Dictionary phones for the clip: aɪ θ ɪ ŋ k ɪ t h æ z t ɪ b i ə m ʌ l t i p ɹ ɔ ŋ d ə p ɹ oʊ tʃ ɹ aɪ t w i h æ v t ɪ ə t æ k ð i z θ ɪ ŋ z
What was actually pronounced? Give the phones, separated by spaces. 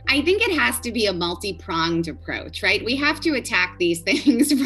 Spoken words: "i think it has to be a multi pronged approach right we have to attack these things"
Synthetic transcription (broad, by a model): aɪ θ ɪ ŋ k ɪ t h æ z t ɪ b i ə m ʌ l t i p ɹ ɔ ŋ d ə p ɹ oʊ tʃ ɹ aɪ t w i h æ f t ɪ ə t æ k ð i z θ ɪ ŋ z